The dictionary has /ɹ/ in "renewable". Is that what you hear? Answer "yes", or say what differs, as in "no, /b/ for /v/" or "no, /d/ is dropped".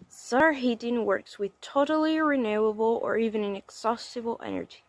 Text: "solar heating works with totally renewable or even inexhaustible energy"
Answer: yes